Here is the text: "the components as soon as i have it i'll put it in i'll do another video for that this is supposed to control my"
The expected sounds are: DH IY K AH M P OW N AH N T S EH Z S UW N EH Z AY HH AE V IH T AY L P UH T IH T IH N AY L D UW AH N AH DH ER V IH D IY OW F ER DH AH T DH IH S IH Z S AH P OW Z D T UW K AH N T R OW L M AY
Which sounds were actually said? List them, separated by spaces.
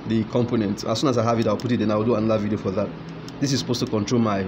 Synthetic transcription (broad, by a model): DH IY K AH M P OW N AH N T AA S UW N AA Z AY HH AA V IH T AY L P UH T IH T IH N AY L D UW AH N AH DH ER V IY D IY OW F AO DH AH T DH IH S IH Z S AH P OW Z T UW K AH N T R OW L M AY